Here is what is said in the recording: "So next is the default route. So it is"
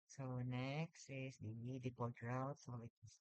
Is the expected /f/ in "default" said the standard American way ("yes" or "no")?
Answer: no